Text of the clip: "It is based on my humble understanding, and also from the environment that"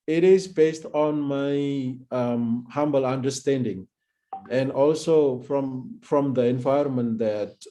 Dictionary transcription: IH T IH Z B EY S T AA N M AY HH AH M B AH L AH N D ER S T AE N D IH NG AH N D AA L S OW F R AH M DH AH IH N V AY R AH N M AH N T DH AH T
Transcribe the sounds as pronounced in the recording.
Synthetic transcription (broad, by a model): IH T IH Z B EY S T AA N M AY HH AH M B AH L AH N D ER S T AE N D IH NG AH N D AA L S OW F R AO M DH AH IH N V AY AH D M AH N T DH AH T